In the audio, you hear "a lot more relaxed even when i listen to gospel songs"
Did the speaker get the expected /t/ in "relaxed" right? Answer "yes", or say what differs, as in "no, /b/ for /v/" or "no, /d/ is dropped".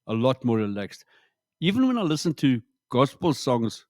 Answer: yes